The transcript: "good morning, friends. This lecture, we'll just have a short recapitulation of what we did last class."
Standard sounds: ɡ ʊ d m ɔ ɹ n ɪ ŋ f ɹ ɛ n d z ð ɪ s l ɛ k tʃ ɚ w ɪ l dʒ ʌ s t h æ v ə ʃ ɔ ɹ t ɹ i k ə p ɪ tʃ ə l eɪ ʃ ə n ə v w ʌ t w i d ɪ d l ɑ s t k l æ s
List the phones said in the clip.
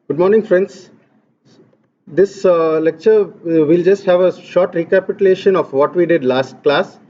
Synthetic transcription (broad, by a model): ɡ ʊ d m ɔ ɹ n ɪ ŋ f ɹ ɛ n d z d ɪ s l ɛ k tʃ ɚ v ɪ l dʒ ʌ s t h æ v ə ʃ ɔ ɹ t ɹ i k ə p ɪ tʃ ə l eɪ ʃ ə n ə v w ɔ t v i d ɪ d l ɑ s t k l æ s